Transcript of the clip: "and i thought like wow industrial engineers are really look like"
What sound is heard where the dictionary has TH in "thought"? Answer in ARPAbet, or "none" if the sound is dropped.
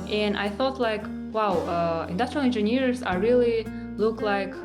TH